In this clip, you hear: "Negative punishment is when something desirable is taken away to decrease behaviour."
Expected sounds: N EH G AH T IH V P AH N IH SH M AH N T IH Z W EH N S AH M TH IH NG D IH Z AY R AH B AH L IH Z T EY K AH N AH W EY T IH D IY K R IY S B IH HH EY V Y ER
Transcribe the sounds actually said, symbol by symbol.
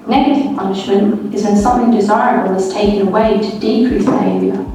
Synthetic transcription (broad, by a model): N EH G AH T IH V P AH N IH SH M AH N T IH Z W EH N S AH M TH IH NG D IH Z AY R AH B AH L IH Z T EY K AH N AH W EY T IH D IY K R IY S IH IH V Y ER